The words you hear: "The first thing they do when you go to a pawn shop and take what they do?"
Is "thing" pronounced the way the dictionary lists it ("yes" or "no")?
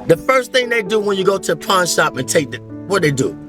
yes